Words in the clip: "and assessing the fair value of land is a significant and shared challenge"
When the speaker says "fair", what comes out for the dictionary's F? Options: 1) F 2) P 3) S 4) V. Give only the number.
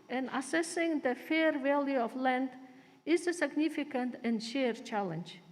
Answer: 1